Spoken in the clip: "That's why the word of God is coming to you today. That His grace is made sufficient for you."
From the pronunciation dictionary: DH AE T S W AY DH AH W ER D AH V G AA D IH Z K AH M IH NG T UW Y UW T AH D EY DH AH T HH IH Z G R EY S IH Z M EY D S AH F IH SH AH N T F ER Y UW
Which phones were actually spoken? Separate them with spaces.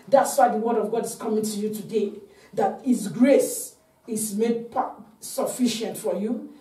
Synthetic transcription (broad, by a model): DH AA T S W AY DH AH W ER D AH V G AA D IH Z K AH M IH NG T UW Y UW T AH D EY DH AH T HH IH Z G R EY S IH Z M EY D S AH F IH SH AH N T F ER Y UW